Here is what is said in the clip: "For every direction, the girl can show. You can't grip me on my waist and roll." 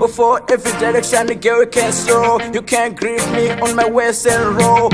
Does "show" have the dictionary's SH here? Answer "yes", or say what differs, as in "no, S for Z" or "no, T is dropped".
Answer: no, S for SH